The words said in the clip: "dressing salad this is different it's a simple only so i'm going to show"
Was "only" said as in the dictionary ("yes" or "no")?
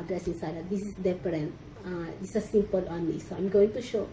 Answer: no